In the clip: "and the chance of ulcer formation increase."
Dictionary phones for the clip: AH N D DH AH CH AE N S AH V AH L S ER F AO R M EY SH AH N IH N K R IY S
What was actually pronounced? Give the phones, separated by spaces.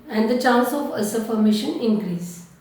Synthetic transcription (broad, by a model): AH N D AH CH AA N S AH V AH S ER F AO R M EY SH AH N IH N K R IY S